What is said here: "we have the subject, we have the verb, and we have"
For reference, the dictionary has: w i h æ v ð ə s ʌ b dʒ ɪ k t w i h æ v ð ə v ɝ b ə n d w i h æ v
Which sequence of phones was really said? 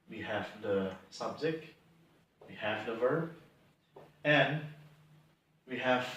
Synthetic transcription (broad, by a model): w i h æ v ð ə s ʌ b z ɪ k w i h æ v ð ə v ɝ b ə n w i h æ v